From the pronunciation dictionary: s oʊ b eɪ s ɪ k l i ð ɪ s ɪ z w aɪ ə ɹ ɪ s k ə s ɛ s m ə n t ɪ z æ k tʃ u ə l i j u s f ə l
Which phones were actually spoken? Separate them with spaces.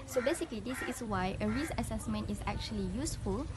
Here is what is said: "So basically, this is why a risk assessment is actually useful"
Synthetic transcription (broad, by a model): s oʊ b eɪ s ɪ k l i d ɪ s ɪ s w aɪ ə ɹ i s ə s ɛ s m ə n t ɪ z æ k tʃ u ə l i j u s f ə l